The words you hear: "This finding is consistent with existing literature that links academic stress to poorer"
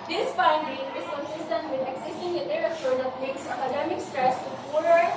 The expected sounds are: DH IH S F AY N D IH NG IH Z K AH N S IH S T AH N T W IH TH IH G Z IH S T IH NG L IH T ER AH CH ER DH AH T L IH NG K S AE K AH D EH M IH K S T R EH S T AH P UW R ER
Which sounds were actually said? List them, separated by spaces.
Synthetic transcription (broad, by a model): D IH S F AY N D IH NG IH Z K AH N S IH S T AH N T W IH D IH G S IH S T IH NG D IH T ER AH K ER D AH T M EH K S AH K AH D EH M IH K S T R EH S T AH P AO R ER